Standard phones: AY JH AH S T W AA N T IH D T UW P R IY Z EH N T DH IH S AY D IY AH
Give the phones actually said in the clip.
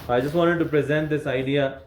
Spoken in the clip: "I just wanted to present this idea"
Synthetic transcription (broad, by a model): AY JH AH S T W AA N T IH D T UW P R IY Z EH N T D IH S AY D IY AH